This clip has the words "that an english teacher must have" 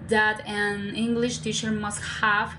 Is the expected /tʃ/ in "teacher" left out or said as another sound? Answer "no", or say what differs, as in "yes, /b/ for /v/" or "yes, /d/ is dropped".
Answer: no